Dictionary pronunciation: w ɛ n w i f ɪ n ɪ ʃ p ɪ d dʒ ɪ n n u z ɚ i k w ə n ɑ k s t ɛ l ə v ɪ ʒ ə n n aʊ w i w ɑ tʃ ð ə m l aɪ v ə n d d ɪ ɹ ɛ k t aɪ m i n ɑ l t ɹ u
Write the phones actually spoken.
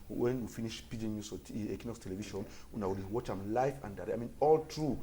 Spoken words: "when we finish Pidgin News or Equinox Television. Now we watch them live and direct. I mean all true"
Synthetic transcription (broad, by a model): w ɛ n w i f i n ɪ ʃ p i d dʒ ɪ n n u s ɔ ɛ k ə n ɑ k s t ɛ l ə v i ʃ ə n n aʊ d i w ɑ tʃ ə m l aɪ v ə n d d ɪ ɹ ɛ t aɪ m i n ɑ l t ɹ u